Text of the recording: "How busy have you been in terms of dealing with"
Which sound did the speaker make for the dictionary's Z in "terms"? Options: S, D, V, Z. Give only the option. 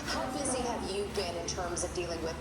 Z